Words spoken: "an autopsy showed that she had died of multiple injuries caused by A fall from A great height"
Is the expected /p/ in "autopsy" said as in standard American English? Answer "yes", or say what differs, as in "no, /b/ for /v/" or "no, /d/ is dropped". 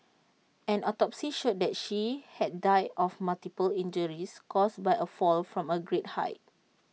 yes